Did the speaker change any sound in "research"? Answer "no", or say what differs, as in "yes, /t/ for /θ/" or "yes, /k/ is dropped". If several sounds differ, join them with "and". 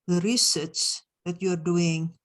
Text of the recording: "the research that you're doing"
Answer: yes, /s/ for /tʃ/